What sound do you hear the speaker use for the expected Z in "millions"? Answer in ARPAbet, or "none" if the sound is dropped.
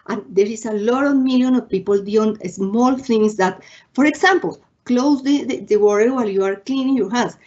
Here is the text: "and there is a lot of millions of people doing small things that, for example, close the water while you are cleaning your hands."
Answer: none